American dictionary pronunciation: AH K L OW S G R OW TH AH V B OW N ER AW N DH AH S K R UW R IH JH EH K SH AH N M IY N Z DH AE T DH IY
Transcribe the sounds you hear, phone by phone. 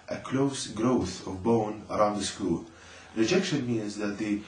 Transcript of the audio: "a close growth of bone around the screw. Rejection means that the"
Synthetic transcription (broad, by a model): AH K L OW S G R OW TH AH V B OW N ER AW N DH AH S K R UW R IH JH EH K SH AH N M IY N Z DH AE T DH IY